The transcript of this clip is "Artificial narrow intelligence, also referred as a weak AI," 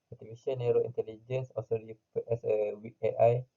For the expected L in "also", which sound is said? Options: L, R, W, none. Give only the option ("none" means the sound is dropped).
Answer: none